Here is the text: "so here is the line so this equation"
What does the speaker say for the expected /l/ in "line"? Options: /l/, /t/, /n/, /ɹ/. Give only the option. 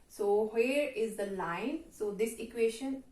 /l/